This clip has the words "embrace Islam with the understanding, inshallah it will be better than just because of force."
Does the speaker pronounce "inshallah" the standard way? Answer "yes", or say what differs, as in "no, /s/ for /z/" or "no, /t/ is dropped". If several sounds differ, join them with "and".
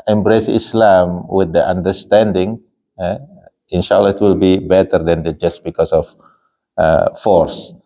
yes